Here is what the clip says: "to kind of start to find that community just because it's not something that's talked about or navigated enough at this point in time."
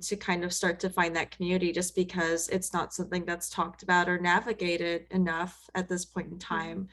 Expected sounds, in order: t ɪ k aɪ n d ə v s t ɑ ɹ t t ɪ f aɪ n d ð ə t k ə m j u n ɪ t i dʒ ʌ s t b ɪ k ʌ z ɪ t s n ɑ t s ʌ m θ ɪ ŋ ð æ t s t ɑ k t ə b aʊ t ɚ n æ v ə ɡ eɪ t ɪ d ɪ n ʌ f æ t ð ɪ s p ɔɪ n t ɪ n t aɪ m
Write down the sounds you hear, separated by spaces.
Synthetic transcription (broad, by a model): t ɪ k aɪ n d ə v s t ɑ ɹ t t ɪ f aɪ n ð ə t k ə m j u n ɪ t i dʒ ʌ s b ɪ k ʌ z ɪ t s n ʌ t s ʌ m θ ɪ ŋ ð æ t s t ɑ k t ə b aʊ t ɚ n æ v ə ɡ eɪ t ɪ d ɪ n ʌ f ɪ t ð ɪ s p ɔɪ n t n t aɪ m